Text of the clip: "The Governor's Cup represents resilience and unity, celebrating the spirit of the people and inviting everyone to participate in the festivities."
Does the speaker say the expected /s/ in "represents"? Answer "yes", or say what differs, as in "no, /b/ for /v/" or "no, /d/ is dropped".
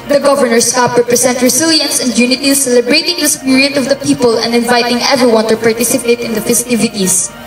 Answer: no, /s/ is dropped